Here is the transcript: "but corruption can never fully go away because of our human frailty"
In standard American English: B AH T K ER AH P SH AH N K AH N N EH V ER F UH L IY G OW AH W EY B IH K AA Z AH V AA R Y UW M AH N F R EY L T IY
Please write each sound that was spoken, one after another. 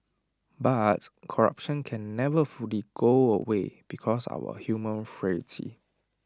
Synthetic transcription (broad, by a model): B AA T K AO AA P SH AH N K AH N N EH V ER F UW L IY G OW AH W EY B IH K AA S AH W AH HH Y UW M AH N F R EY T IY